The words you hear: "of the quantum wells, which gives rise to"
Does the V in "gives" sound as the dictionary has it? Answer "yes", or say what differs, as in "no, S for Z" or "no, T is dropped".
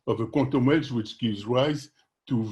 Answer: yes